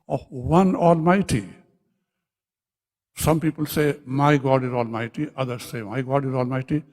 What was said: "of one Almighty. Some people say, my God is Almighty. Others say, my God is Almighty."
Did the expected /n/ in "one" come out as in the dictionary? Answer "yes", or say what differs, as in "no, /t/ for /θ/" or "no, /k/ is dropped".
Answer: yes